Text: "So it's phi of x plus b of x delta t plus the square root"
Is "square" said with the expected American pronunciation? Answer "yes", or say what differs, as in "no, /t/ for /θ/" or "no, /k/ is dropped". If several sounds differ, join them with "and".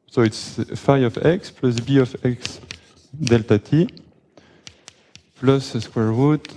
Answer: yes